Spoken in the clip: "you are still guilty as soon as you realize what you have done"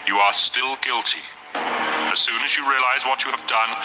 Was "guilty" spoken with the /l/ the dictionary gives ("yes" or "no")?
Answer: yes